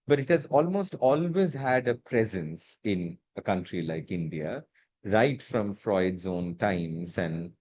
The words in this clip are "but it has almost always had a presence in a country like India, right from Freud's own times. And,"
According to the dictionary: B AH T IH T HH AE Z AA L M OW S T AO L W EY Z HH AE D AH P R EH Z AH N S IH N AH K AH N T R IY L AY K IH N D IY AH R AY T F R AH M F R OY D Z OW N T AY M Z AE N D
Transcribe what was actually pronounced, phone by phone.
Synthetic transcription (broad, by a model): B AH T IH T HH AE Z AA L M OW S T AO L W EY Z HH AE D AH P R EH Z AH N S IH N AH K AH N T R IY L AY K IH N D IY AH R AY T F R AH M F R OY D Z OW N T AY M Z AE N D